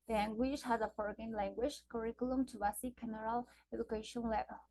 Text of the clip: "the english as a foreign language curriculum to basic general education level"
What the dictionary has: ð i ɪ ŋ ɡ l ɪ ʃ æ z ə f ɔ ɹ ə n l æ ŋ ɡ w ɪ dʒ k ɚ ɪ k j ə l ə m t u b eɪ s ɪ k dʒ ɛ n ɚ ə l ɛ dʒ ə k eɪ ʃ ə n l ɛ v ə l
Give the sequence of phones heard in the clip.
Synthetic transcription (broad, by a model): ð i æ ŋ ɡ w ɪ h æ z ə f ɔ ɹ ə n l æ ŋ ɡ w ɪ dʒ k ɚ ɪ k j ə l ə m t u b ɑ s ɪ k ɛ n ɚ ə l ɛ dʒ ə k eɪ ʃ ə n l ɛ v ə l